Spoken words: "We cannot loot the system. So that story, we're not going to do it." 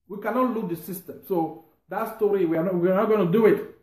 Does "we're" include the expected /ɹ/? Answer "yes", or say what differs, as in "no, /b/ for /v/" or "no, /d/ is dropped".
no, /w/ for /ɹ/